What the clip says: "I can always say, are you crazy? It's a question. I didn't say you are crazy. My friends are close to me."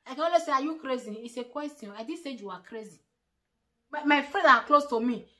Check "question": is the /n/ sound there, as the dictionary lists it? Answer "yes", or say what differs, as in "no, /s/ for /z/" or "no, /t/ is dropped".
no, /n/ is dropped